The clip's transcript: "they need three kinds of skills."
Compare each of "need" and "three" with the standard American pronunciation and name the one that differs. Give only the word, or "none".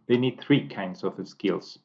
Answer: none